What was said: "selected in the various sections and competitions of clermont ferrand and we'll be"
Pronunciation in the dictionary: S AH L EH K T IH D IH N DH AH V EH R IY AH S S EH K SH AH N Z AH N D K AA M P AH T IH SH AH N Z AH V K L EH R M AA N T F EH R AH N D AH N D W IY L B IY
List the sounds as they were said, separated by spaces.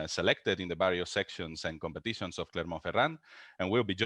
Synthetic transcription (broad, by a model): S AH L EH K T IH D IH N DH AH B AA R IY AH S S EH K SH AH N S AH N K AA M P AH T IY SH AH N S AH F K L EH R M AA F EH R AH N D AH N W IY L B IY